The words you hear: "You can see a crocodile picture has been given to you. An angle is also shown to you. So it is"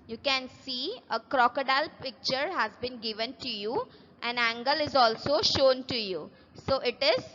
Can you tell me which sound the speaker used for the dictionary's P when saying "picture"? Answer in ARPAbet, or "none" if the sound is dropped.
P